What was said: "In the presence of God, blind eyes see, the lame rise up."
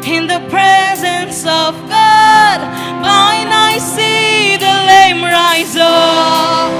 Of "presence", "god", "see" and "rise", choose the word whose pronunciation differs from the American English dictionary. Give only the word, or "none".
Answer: none